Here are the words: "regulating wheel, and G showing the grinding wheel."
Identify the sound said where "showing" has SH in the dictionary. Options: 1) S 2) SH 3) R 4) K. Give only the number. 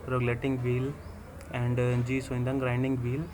1